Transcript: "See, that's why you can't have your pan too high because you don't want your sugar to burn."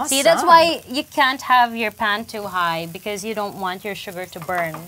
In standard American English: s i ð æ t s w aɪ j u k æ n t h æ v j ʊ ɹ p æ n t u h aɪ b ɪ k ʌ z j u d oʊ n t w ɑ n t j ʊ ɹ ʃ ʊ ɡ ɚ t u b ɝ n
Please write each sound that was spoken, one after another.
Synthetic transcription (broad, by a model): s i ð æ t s w aɪ j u k æ n t h æ v j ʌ ɹ p æ n t u h aɪ b ɪ k ʌ z j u d oʊ n t w ɑ n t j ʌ ɹ ʃ ʊ ɡ ɚ t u b ɝ n